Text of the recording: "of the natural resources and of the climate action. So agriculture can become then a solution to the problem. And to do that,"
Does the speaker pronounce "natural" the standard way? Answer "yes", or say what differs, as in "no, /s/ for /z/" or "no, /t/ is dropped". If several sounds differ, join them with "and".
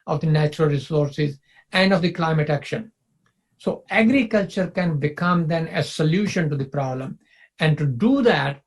yes